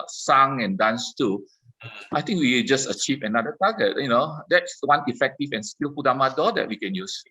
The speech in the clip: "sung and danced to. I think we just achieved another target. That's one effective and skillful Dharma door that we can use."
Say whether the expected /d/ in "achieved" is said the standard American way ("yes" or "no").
no